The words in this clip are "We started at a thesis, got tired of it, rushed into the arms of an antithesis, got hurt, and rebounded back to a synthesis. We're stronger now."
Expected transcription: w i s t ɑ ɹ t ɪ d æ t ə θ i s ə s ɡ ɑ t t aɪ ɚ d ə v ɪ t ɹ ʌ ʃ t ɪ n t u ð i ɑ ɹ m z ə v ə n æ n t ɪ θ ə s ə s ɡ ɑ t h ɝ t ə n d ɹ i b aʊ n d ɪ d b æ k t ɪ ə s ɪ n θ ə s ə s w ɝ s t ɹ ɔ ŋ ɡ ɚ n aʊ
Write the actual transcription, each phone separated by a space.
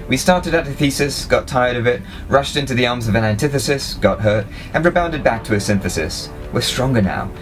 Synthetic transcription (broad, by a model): w i s t ɑ ɹ t ɪ d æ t ə θ i s ə s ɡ ɑ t t aɪ ɚ d ə v ɪ t ɹ ʌ ʃ t ɪ n t u ð i ɑ ɹ m z ə v ə n æ n t ɪ θ ə s ə s ɡ ɑ t h ɝ t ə n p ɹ b aʊ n d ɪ d b æ k t ɪ ə s ɪ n θ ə s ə s w ɝ s t ɹ ɔ ŋ ɡ ɚ n aʊ